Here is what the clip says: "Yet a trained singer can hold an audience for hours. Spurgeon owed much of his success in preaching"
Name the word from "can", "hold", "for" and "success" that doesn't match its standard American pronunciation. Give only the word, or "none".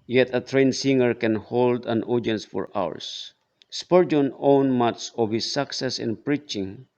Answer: none